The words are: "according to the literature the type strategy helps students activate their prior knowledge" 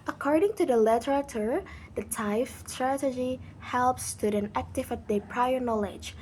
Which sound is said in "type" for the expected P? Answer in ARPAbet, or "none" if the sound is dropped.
F